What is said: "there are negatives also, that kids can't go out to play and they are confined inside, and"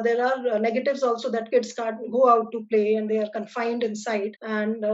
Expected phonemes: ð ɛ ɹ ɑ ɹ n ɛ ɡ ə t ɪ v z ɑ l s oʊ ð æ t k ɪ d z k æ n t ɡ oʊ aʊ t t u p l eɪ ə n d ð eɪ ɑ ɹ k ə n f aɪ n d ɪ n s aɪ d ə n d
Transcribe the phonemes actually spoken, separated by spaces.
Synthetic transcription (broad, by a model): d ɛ ɹ ɑ ɹ n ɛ ɡ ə t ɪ v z ɑ l s oʊ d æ t k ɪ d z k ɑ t ɡ oʊ aʊ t t u p l eɪ ə n d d eɪ ɑ ɹ k ə n f aɪ n d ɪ n s aɪ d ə n d